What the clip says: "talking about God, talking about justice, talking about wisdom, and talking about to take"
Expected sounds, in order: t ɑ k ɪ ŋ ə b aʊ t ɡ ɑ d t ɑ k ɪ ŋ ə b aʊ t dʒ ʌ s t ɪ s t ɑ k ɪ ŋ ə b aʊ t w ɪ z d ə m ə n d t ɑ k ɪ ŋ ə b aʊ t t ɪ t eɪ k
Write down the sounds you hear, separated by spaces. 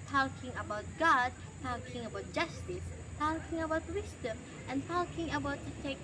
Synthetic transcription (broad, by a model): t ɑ k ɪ ŋ ə b aʊ t ɡ ɑ d t ɑ k ɪ ŋ ə b aʊ t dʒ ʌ s t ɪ s t ɑ k ɪ ŋ ə b aʊ t w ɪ s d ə m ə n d t ɑ k ɪ ŋ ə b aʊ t t ɪ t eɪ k